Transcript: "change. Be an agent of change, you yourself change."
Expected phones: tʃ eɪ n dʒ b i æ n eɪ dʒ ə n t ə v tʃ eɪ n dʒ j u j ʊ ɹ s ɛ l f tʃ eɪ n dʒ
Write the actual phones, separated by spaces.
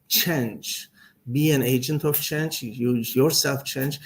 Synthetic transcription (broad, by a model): tʃ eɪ n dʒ b i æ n eɪ dʒ ə n t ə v tʃ eɪ n dʒ j u j ʊ ɹ s ɛ l f tʃ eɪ n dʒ